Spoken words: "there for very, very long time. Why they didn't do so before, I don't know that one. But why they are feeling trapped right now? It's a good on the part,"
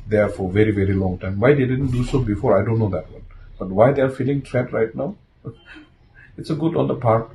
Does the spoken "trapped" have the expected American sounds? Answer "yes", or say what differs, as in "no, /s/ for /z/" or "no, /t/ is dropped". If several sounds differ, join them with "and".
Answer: no, /p/ is dropped